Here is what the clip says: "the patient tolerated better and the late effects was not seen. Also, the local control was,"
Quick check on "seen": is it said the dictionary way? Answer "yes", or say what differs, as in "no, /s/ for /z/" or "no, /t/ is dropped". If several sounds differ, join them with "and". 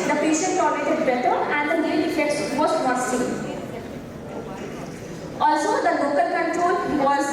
no, /n/ is dropped